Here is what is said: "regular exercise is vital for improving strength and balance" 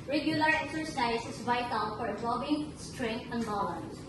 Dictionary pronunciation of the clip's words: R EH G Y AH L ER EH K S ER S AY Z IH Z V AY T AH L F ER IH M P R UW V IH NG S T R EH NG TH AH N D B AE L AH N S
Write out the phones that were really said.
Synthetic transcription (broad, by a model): R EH G Y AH L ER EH K S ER S AY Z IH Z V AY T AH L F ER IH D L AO B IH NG S T R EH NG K AH N D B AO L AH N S